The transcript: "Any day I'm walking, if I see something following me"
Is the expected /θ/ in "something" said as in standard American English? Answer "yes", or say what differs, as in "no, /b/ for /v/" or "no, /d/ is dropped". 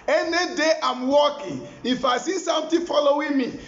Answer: no, /t/ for /θ/